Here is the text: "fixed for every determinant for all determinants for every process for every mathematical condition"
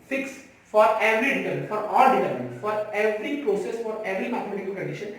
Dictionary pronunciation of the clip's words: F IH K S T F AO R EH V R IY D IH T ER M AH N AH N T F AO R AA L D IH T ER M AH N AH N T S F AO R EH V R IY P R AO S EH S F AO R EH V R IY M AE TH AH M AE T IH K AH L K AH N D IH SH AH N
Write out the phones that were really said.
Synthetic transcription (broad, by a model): F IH K S F AO R EH V R IY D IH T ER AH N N F AO R AA L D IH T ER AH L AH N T F AO R EH V R IY P R AO S EH S F AO R EH V R IY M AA T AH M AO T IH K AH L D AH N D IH SH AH N